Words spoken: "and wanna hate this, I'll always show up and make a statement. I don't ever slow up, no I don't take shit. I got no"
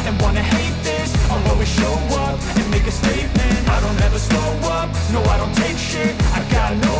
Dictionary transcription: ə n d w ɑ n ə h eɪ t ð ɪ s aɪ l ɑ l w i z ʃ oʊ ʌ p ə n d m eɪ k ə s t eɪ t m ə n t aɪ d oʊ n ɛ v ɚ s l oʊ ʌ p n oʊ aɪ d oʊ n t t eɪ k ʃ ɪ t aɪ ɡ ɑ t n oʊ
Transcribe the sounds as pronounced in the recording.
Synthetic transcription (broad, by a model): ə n w ɑ n ə h eɪ t ð ɪ s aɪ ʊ w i ʃ oʊ ʌ p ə n m eɪ k ə s t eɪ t m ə n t aɪ d oʊ n ɛ v ɚ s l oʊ ʌ p n oʊ aɪ d oʊ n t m eɪ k ʃ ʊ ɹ aɪ ɡ ɑ t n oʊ